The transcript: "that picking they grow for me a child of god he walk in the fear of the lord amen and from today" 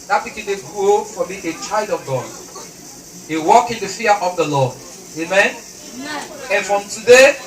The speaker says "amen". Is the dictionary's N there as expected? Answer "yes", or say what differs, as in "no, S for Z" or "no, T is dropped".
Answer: yes